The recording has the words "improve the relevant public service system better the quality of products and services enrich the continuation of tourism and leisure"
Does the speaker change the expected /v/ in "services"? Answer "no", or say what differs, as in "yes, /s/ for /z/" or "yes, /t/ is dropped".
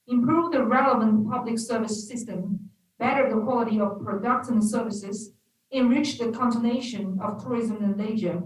no